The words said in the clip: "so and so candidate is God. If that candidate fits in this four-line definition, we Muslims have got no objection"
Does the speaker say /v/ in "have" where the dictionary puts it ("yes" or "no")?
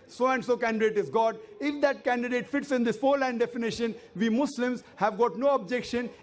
yes